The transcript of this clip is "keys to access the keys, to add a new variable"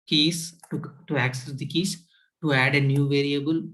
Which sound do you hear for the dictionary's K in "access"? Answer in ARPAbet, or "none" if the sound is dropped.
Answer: K